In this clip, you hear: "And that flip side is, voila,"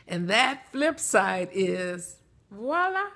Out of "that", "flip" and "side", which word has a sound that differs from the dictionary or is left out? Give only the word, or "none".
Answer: none